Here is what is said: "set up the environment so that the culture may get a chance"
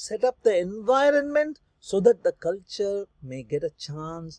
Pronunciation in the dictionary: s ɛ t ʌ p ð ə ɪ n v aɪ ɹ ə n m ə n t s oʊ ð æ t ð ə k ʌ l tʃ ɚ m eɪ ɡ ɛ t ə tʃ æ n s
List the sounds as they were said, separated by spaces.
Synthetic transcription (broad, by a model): s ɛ t ʌ p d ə ɪ n v aɪ ɹ ə n m ə n t s oʊ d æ t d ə k ʌ l tʃ ɚ m eɪ ɡ ɛ t ə tʃ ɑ n s